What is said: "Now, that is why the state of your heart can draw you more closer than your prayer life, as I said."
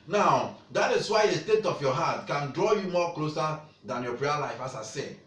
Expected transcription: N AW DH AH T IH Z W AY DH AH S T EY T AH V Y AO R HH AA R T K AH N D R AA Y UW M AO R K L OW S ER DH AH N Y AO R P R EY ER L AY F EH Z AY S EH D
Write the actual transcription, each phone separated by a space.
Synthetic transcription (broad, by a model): N AW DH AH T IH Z W AY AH S T EY T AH F Y AO HH AA T K AH N D R AA Y UW M AO K L OW S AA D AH N Y AO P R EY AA L AY F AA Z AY S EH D